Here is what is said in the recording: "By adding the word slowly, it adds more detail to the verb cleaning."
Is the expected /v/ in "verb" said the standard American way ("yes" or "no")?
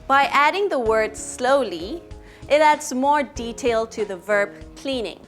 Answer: yes